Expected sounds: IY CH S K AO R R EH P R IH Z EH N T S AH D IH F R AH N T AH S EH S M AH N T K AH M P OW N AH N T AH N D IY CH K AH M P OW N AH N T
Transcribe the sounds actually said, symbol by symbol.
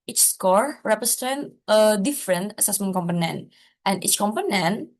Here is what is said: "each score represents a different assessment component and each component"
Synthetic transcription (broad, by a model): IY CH S K AO R R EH P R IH S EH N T AH D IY F R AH N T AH S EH S M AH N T K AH M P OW N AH N T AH N IY CH K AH M P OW N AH N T